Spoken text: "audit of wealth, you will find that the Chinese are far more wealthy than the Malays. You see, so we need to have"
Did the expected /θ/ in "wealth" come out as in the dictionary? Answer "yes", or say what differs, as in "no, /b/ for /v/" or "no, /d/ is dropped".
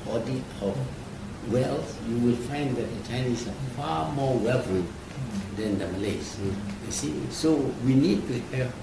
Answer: no, /s/ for /θ/